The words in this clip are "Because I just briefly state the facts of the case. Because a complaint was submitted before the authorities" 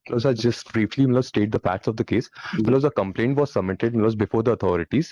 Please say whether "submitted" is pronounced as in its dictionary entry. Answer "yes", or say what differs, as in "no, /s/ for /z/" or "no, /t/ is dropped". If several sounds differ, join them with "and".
no, /b/ is dropped